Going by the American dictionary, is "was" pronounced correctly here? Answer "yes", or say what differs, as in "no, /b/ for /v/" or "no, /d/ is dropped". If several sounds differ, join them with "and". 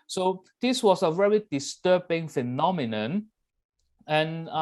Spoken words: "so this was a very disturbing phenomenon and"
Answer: no, /s/ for /z/